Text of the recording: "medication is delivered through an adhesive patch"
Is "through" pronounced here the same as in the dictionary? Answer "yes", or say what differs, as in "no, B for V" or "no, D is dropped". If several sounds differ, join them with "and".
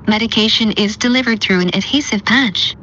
yes